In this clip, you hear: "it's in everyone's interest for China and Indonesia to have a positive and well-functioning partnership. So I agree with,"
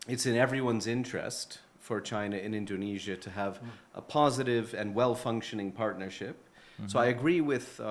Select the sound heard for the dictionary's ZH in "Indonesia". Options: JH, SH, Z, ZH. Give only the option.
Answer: ZH